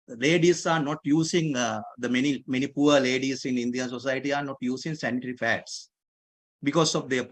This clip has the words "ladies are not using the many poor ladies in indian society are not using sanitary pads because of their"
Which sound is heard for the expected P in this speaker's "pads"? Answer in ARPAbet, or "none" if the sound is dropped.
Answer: F